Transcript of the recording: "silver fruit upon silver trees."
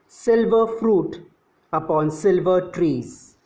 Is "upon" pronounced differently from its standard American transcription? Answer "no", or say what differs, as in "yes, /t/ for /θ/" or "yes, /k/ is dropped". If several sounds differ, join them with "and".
no